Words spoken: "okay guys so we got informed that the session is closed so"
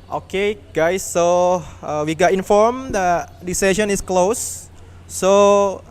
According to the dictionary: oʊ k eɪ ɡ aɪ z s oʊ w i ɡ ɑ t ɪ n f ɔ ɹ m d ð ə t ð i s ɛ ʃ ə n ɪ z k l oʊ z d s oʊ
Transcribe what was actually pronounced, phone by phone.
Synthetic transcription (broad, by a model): oʊ k eɪ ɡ aɪ s oʊ w i ɡ ɑ t ɪ n f ɔ ɹ m d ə t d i s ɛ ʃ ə n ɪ s k l oʊ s oʊ